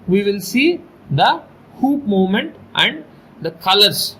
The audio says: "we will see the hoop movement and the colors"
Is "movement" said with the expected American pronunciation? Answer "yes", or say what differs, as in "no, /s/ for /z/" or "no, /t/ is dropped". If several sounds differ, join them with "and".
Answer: no, /v/ is dropped